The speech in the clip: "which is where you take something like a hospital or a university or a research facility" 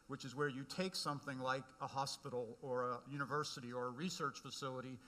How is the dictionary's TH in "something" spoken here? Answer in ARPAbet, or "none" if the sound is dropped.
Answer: TH